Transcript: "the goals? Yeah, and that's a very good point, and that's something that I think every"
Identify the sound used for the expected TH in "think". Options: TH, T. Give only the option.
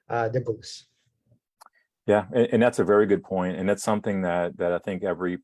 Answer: TH